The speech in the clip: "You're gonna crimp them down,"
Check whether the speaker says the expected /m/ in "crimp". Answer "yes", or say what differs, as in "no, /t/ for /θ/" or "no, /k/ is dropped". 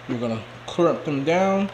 no, /m/ is dropped